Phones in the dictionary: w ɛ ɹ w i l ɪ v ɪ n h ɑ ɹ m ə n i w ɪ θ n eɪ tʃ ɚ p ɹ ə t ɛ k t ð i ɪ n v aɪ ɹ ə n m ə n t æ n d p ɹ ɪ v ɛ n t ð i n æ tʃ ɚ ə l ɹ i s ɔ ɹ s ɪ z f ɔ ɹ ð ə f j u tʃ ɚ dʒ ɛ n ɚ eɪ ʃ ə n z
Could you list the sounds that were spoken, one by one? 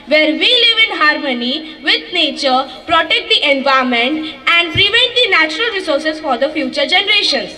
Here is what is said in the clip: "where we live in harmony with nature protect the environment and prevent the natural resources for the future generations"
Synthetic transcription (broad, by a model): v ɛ ɹ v i l ɪ v ɪ n h ɑ ɹ m ə n i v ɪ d n eɪ tʃ ɚ p ɹ ə t ɛ k t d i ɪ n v aɪ ə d m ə n t æ n d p ɹ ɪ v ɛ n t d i n æ tʃ ɚ ə l ɹ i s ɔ ɹ s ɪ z f ɔ ɹ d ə f j u tʃ ɚ dʒ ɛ n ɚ eɪ ʃ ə n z